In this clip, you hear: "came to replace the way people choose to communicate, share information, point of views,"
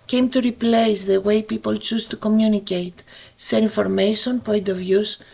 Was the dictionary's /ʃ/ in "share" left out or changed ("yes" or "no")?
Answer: yes